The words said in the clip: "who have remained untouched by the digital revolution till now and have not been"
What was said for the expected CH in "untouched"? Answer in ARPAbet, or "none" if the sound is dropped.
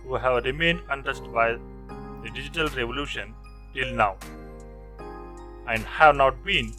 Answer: S